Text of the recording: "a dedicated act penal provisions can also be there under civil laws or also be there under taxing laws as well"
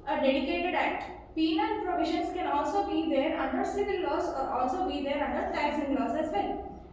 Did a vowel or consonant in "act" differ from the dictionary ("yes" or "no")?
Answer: yes